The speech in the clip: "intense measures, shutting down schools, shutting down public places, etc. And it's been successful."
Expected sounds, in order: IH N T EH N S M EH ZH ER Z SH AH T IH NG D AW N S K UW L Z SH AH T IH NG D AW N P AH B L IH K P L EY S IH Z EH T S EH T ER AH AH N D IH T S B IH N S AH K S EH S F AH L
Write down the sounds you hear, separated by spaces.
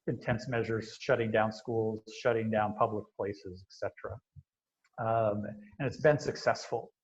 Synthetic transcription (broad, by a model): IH N T EH N S M EH ZH ER Z SH AH T IH NG D AW N S K UW L Z SH AH T IH NG D AW N P AH B L IH K P L EY S IH Z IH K S EH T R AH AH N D IH T S B IH N S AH K S EH S F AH L